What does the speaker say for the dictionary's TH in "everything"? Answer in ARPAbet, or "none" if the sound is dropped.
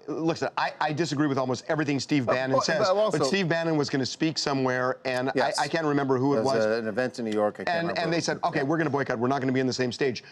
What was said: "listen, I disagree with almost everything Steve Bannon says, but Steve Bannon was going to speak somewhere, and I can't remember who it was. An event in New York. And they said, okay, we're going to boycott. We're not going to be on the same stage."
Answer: TH